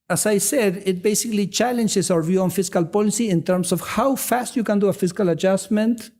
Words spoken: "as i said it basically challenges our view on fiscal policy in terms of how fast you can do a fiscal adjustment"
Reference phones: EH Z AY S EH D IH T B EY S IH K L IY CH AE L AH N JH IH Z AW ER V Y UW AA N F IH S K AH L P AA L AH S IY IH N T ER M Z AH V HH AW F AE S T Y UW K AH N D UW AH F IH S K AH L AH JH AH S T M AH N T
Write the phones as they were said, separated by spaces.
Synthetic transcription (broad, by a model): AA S AY S EH D IH T B EY S IH K L IY CH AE L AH N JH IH S AW ER V Y UW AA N F IH S K AH L P AA L AH S IY IH N T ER M S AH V HH AW F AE S T Y UW K AH N D UW AH F IH S K AH L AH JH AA S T M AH N T